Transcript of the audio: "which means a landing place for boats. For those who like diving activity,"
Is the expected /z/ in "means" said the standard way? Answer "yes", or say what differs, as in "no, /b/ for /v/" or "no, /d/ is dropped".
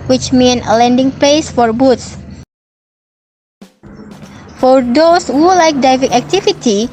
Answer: no, /z/ is dropped